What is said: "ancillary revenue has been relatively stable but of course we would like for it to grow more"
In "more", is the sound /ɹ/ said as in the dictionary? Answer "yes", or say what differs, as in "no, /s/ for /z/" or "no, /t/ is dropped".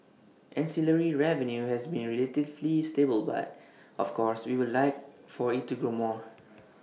yes